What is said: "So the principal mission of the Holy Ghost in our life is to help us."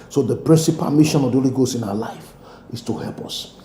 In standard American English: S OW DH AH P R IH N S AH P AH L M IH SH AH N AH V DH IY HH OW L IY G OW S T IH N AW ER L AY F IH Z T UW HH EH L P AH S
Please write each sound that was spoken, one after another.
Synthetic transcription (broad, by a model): S OW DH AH P R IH N S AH P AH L M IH SH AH N AH V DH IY HH OW L IY G OW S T IH N AW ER L AY F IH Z T UW HH EH L P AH S